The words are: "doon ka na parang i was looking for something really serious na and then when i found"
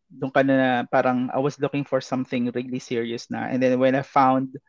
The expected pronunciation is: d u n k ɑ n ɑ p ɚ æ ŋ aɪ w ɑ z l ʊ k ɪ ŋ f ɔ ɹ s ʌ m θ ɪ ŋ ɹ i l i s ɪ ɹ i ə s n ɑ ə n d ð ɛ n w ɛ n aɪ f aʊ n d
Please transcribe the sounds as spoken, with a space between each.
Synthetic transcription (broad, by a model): d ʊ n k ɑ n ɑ p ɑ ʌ ŋ aɪ w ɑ s l ʊ k ɪ ŋ f ɔ ɹ s ʌ m θ ɪ ŋ ɹ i l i s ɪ ɹ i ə s n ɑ ə n d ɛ n w ɛ n aɪ f aʊ n d